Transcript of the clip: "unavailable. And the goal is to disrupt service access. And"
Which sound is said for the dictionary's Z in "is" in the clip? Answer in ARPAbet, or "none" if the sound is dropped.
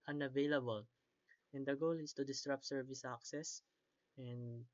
S